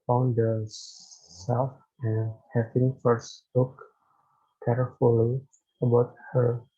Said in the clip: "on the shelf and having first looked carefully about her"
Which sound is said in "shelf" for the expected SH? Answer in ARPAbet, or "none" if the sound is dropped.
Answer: S